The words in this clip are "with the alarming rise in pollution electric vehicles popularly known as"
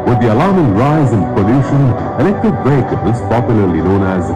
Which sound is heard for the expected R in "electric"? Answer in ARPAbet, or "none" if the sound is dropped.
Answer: none